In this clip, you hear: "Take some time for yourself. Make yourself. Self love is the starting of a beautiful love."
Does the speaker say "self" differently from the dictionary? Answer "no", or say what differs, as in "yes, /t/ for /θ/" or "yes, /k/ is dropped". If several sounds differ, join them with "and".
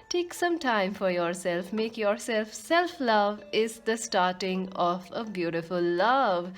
no